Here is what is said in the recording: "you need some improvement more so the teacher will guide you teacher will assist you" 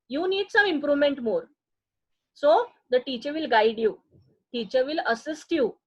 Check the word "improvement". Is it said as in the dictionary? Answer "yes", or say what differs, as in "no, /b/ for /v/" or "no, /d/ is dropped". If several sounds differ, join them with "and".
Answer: yes